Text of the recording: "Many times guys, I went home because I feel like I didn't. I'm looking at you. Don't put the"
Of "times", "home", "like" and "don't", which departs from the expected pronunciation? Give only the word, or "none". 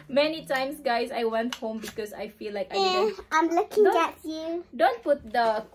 times